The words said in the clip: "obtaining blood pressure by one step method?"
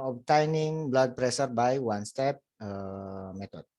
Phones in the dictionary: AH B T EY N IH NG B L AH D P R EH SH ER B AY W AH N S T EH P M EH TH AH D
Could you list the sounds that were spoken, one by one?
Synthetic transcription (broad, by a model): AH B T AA N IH NG B L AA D P R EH S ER B AY W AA N S T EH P M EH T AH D